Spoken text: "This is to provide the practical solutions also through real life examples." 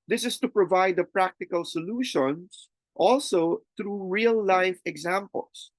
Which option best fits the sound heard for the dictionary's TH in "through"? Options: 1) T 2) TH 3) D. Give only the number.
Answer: 1